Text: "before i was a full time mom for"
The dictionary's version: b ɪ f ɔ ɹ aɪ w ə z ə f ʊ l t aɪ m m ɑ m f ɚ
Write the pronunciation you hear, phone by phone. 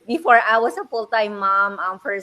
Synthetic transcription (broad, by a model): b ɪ f ɔ ɹ aɪ w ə s ə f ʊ l t aɪ m m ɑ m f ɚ